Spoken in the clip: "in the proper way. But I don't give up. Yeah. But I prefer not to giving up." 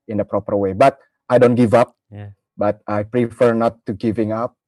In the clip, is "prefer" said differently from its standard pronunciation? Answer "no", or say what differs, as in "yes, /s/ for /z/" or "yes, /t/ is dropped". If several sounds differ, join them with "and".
no